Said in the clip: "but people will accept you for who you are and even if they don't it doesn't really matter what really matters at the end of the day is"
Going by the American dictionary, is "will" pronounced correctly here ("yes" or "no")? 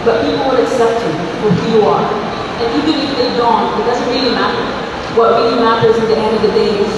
no